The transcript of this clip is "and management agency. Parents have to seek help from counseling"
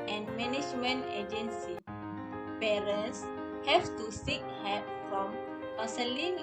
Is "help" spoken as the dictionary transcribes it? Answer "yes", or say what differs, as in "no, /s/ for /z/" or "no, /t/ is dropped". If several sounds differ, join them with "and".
no, /l/ is dropped